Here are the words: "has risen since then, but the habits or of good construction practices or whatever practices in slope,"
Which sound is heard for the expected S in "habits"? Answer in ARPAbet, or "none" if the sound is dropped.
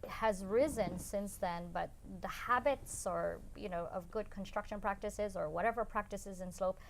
S